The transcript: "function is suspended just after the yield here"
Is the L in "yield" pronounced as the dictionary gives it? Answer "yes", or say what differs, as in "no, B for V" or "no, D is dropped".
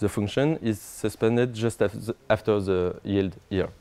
yes